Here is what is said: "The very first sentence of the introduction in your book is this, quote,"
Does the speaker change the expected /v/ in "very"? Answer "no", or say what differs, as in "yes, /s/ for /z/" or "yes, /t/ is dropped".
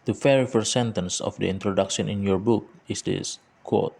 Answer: yes, /f/ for /v/